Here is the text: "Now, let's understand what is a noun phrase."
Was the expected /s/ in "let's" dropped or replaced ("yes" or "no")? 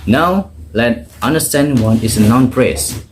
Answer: yes